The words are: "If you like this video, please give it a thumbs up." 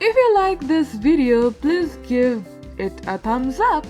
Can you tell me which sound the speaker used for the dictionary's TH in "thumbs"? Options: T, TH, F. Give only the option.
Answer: T